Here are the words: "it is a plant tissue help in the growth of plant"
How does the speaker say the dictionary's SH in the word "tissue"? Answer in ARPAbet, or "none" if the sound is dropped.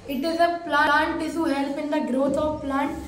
S